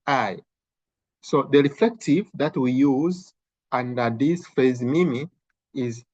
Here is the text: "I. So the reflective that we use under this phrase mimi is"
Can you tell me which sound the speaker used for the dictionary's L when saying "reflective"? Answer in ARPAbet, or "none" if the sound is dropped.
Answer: L